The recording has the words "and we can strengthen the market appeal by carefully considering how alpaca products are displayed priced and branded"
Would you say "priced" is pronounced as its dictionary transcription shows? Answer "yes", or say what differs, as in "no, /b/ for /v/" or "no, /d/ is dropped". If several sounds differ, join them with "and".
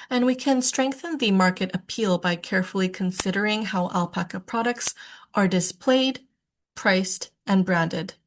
yes